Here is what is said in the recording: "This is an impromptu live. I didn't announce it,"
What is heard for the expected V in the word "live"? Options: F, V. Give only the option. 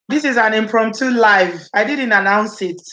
V